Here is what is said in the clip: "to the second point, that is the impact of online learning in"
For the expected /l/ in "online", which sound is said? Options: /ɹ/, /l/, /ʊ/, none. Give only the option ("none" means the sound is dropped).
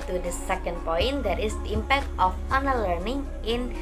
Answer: none